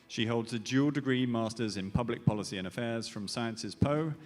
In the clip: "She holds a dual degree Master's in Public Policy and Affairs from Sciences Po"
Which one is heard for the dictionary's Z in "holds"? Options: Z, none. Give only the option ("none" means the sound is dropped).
Z